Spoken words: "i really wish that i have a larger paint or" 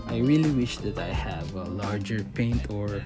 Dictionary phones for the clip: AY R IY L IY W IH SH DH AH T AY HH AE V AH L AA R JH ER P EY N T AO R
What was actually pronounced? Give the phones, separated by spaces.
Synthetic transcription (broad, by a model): AY R IY L IY W IH SH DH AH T AY HH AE V AH L AA R JH ER P EY N T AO R